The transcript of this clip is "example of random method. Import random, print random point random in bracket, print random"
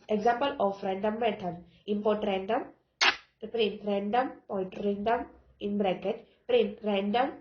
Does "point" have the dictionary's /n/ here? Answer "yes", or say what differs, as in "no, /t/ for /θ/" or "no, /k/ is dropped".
no, /n/ is dropped